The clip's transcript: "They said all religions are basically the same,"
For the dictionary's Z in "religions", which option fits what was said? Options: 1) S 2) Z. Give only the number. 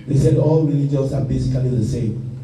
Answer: 1